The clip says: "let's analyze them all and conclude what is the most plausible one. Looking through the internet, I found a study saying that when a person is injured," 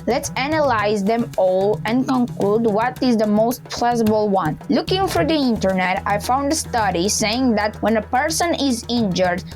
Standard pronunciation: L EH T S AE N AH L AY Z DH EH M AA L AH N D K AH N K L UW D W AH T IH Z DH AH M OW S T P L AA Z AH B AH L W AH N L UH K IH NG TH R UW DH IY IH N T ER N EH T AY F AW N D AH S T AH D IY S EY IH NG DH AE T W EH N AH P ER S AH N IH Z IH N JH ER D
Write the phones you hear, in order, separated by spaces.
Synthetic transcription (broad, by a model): L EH T S AE N AH L AY Z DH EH M AA L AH N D K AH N K L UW D W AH T IH Z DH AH M OW S T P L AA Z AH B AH L W AH N L UH K IH NG F R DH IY IH N T ER N EH T AY F AW N D AH S T AH D IY S EY IH NG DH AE T W EH N AH P ER S AH N IH Z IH N JH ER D